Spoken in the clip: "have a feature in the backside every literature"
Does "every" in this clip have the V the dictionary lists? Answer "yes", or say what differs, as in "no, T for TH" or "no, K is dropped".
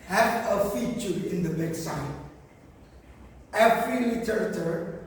no, P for V